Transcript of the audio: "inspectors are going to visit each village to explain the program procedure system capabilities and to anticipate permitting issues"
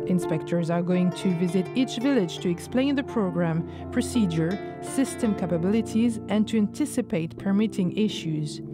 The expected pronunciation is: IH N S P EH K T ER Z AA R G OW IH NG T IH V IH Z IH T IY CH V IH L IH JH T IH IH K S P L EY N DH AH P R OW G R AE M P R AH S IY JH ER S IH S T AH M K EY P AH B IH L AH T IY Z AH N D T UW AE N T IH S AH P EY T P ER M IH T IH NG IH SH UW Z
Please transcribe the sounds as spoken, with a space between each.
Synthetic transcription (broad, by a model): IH N S P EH K T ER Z AA R G OW IH NG T IH V IH Z IH T IY CH V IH L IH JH T IH IH K S P L EY N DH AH P R OW G R AE M P R AH S IY JH ER S IH S T AH M K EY P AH B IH L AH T IY Z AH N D T UW AE N T IH S AH P EY T P ER M IH T IH NG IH SH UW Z